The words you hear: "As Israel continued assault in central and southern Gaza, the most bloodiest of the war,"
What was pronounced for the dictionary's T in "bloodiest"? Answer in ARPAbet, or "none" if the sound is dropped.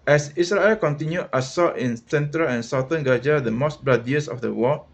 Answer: none